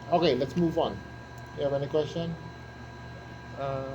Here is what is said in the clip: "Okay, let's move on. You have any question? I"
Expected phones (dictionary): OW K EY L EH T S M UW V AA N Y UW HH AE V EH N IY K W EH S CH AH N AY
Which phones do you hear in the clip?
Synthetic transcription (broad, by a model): OW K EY L EH T S M UW V AA N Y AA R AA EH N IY K W EH S CH AH N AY